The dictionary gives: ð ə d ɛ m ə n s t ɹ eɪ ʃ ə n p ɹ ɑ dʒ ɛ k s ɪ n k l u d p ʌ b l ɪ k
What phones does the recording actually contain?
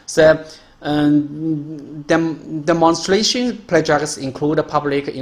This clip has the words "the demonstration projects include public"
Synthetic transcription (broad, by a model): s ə d ɛ m ə n s t ɹ eɪ ʃ ə n p l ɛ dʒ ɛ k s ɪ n k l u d p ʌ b l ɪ k